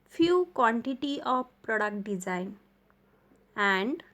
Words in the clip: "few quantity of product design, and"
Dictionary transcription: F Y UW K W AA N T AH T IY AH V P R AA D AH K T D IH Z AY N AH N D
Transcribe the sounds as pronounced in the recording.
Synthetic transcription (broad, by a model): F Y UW K W AA N T AH T IY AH P P R AA D AH K T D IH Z AY N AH N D